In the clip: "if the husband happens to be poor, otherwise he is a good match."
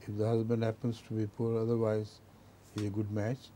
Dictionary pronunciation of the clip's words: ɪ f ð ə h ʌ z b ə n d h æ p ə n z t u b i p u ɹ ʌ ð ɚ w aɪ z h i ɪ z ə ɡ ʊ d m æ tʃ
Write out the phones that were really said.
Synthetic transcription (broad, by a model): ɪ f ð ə h ʌ z b ə n d h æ p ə n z t u b i p u ɹ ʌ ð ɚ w aɪ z h i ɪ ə ɡ ʊ d m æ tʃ